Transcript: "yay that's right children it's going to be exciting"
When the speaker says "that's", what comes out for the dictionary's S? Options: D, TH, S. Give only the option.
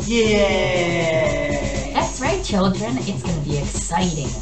TH